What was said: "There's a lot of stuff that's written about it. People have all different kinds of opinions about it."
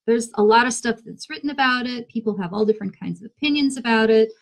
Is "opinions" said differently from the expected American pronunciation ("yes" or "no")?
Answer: no